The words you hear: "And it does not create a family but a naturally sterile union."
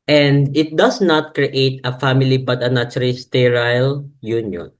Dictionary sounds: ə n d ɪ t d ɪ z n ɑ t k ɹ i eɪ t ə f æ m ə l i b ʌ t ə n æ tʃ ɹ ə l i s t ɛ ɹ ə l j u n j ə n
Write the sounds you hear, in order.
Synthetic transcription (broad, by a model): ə n d ɪ t d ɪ s n ɑ t k ɹ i eɪ t ə f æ m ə l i b ʌ t ə n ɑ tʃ ə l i s t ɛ ɹ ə l j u n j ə n